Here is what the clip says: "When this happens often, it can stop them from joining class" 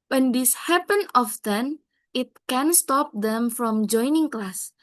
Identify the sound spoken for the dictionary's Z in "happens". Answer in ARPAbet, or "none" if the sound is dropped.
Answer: none